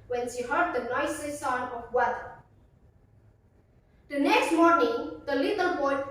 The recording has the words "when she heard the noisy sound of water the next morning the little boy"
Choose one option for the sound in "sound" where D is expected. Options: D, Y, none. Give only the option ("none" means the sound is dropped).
none